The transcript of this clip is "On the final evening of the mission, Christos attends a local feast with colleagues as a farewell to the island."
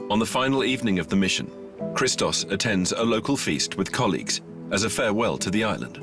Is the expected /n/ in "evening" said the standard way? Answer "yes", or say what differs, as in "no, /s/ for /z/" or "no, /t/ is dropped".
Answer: yes